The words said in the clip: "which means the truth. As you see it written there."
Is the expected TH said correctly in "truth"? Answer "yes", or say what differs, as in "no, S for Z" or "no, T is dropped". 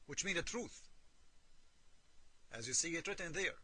yes